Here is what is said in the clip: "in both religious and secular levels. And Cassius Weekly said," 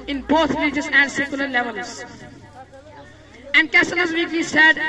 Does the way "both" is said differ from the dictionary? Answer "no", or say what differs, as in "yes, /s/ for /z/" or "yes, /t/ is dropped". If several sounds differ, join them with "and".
yes, /t/ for /θ/